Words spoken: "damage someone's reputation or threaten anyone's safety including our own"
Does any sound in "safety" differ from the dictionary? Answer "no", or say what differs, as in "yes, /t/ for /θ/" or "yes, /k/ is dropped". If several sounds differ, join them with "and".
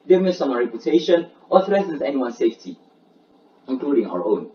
no